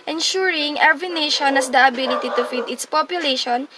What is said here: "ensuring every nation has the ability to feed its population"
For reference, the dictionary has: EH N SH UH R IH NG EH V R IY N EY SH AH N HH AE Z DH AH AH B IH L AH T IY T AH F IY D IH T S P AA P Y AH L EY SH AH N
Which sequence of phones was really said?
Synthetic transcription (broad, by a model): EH N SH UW R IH NG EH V IY N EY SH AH N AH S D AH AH B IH L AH T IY T AH F IY D IH T S P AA P Y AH L EY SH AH N